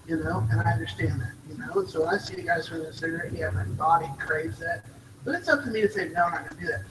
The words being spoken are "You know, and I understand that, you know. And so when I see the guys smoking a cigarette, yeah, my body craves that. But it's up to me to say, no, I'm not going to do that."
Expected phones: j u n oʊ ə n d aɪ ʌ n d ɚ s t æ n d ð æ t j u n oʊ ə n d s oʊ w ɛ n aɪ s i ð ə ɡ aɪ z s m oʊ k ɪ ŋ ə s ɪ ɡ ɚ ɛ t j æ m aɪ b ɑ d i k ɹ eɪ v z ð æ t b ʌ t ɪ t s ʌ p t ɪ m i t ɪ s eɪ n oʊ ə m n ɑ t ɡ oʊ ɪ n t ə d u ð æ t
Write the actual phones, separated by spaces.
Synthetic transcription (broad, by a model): j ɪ n oʊ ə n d aɪ ʌ n d ɚ s t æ n ð æ t j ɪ n oʊ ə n s oʊ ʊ aɪ s i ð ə ɡ aɪ z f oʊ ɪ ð ə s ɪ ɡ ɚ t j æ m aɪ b ɑ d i k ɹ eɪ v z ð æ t b ʌ t ɪ t s ʌ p t ɪ m i t ɪ s eɪ n oʊ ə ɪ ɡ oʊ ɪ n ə d u ð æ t